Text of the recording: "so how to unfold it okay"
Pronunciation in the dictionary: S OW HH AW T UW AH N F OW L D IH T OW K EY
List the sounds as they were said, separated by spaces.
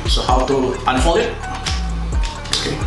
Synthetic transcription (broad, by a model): S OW HH AW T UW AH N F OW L IH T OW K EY